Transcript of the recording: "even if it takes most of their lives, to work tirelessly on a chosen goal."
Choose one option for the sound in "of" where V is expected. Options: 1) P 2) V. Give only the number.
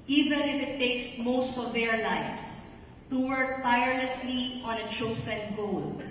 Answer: 2